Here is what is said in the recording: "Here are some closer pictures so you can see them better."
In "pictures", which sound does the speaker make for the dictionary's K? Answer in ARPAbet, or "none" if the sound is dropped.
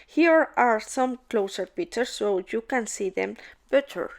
none